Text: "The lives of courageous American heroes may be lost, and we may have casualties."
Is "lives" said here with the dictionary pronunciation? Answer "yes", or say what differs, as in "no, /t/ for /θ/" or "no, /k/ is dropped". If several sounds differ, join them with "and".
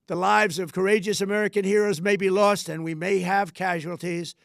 yes